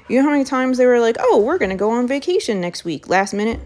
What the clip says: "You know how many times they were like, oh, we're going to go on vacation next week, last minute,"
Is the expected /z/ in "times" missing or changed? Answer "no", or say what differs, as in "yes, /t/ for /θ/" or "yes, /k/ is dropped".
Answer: no